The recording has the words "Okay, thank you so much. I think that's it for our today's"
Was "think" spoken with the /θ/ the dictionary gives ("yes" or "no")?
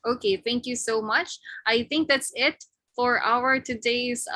yes